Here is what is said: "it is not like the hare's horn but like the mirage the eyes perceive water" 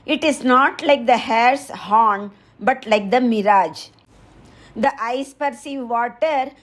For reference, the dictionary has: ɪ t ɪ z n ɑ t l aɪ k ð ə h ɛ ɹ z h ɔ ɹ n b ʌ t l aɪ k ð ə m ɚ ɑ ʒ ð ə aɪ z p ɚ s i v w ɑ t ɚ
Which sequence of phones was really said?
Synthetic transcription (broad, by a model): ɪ t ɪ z n ɑ t l aɪ k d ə h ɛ ɹ s h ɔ n b ʌ t l aɪ k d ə m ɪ ɑ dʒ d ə aɪ s p ɚ s i v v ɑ t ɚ